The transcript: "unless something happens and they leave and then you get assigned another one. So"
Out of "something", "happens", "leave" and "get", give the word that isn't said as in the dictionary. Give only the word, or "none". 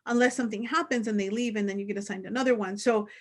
none